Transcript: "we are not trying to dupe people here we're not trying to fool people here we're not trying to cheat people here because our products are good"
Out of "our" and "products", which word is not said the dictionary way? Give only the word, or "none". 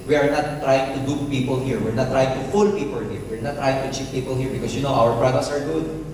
products